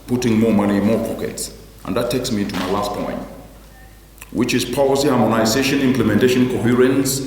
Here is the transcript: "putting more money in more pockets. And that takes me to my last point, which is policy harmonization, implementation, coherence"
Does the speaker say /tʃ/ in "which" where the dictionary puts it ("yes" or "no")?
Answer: yes